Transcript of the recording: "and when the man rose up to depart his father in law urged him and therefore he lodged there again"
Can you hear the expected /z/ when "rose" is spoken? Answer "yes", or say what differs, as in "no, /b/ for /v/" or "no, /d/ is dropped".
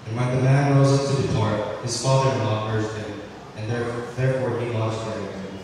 yes